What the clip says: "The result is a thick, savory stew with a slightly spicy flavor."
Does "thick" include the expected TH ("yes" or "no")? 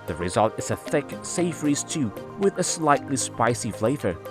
yes